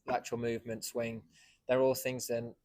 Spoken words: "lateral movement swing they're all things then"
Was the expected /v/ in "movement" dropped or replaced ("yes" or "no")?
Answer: no